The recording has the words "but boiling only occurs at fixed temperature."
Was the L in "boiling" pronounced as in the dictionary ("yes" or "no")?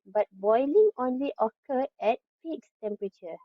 yes